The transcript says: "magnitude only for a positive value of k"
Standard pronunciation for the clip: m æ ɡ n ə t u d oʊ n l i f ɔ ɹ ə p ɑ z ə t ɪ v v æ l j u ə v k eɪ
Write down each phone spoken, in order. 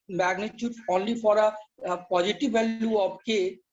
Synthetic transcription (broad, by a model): m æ ɡ n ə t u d oʊ n l i f ɔ ɹ ə p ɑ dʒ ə t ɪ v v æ l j u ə b k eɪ